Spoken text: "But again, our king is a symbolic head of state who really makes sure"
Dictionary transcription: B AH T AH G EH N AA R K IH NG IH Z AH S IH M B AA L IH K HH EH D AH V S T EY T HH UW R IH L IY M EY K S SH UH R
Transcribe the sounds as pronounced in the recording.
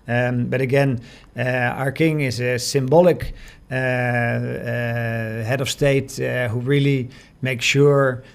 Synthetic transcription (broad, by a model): B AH T AH G EH N AA R K IH NG IH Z AH S IH M B AA L IH K HH EH D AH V S T EY T HH UW R IH L IY M EY K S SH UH R